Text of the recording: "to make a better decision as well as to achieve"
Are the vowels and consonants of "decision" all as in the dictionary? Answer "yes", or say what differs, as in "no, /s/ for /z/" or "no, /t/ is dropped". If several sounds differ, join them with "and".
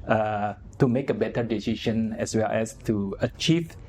no, /ʃ/ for /ʒ/